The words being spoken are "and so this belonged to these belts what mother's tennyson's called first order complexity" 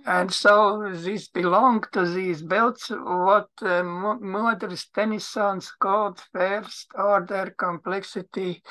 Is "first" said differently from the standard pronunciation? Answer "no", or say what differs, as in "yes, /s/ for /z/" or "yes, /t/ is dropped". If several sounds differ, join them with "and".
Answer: no